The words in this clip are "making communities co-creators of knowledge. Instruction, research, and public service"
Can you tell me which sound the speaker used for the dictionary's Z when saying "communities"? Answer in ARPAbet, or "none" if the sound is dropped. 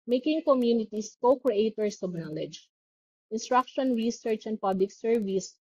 S